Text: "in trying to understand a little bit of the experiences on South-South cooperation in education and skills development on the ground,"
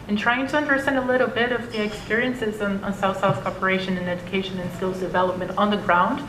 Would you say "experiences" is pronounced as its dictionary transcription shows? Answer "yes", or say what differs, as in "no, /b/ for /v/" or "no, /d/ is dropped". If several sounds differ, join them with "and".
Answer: yes